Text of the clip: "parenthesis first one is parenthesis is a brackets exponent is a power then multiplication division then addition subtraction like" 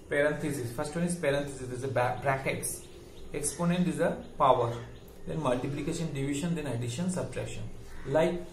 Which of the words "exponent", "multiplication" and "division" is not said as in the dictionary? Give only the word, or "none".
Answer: division